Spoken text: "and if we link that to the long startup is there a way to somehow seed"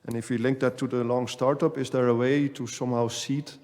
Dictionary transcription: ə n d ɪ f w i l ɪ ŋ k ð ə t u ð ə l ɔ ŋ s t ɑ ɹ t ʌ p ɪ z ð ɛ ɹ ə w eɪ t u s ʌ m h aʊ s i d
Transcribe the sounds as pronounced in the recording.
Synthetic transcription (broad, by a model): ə n ɪ f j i l ɪ ŋ k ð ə t u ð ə l ɔ ŋ s t ɑ ɹ t ʌ p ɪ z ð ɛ ɹ ə w eɪ t u s ʌ m h aʊ s i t